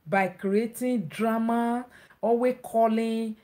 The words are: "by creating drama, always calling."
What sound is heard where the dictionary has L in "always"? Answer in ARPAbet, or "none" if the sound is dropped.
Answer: none